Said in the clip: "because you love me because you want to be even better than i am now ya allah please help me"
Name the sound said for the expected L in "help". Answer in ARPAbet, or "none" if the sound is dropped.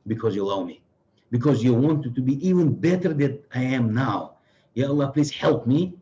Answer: L